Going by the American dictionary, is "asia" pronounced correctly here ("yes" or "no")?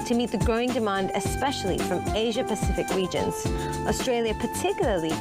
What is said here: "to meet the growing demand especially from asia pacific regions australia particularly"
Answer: yes